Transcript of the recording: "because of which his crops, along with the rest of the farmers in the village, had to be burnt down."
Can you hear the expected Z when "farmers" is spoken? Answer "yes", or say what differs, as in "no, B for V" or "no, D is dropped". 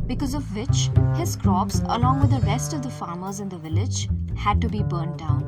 yes